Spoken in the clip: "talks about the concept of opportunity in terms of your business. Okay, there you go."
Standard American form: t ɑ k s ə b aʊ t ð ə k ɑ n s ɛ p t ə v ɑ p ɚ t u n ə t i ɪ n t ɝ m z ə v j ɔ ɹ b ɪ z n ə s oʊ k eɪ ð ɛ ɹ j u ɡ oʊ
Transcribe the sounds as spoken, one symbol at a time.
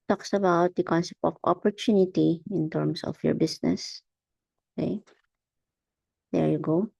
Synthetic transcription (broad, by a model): t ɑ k s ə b aʊ t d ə k ɑ n s ɛ p t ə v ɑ p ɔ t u n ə t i ɪ n t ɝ m s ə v j ɔ ɹ b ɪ s n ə s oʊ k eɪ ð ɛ ɹ j u ɡ oʊ